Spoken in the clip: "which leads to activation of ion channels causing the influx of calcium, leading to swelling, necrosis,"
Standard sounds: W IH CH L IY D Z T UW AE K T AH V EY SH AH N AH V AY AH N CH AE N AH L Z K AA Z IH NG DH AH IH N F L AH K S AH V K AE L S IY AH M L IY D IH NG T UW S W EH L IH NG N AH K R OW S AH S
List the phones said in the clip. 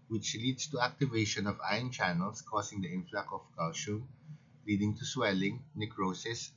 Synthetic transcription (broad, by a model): W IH CH L IY D S T UW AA K T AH V EY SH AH N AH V AY AH N CH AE N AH L S K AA S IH NG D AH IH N F L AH K AH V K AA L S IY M L IY D IH NG T UW S W EH L IH NG N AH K R OW S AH S